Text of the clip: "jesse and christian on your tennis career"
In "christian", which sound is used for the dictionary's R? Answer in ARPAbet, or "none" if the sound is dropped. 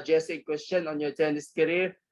W